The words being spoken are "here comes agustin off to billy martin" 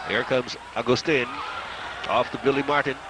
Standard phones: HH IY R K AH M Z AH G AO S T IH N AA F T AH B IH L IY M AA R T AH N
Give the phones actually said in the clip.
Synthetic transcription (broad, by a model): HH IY R K AH M Z AH G AO S T IH N AA F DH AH B IH L IY M AA R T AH N